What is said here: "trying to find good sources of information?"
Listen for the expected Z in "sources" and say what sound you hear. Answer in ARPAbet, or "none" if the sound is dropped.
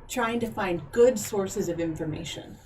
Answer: Z